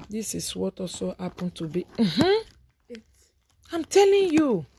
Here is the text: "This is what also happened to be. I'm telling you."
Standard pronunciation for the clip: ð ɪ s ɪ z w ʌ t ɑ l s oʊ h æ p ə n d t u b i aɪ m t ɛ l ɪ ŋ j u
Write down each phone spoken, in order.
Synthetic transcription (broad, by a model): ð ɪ s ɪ s w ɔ t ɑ s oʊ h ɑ p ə n t u b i aɪ m t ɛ l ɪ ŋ j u